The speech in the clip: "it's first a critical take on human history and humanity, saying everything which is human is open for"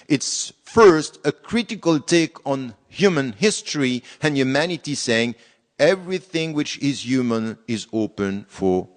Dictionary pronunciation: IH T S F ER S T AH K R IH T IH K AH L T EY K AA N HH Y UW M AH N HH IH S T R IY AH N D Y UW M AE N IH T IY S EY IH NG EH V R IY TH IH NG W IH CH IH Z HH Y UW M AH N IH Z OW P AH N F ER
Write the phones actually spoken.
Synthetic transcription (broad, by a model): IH T S F ER S T AH K R IH T IH K AH L T EY K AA N HH Y UW M AH N HH IH S T R IY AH N Y UW M AE N IH T IY S EY IH NG EH V R IY TH IH NG W IH CH IH Z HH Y UW M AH N IH Z OW P AH N F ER